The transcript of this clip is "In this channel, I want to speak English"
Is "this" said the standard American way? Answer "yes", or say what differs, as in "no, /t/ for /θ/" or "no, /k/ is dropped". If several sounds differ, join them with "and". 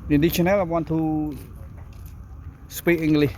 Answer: no, /s/ is dropped